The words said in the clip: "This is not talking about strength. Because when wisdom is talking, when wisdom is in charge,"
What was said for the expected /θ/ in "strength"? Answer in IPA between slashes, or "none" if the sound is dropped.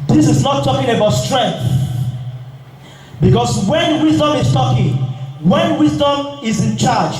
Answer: /θ/